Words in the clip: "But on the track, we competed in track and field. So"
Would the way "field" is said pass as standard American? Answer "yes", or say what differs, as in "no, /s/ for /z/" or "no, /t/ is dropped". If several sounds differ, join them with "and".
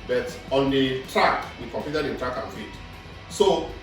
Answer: no, /l/ is dropped